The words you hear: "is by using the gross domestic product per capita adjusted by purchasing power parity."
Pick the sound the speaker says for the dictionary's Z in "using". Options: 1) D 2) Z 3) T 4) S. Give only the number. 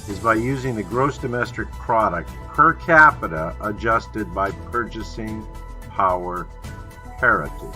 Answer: 2